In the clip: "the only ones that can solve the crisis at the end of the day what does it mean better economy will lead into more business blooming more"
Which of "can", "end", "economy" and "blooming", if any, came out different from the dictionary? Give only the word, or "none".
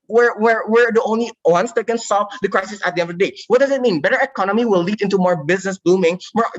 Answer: blooming